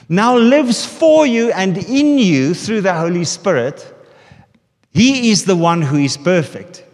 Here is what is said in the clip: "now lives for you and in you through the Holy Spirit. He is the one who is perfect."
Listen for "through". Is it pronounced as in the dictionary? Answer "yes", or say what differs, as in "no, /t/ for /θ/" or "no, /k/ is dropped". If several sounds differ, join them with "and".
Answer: yes